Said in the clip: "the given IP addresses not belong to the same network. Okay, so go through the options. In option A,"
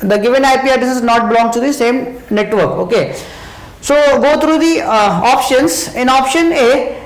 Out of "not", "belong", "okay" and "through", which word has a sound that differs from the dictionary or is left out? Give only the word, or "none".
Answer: through